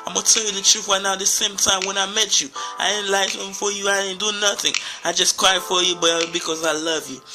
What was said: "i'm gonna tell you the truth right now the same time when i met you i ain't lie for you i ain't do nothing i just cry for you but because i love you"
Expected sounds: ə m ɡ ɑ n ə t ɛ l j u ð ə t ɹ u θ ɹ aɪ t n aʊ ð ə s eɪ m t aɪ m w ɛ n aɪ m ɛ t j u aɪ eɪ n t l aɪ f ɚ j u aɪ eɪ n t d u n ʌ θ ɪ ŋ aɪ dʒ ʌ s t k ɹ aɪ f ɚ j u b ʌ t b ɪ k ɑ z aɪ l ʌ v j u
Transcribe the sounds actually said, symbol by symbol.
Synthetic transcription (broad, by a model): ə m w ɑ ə t ɛ l j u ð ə t ɹ u θ w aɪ n aʊ ð ə s eɪ m t aɪ m w ɛ n aɪ m ɛ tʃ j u aɪ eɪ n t l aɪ f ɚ j u aɪ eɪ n d u n ʌ θ ɪ ŋ aɪ dʒ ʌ s k ɹ aɪ f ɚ j u b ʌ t b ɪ k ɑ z aɪ l ʌ v j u